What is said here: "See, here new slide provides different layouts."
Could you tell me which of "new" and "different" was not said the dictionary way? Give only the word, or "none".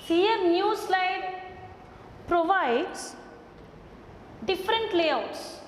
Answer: none